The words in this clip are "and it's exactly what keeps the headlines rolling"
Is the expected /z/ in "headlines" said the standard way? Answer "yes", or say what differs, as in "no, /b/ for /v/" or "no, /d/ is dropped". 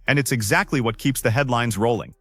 yes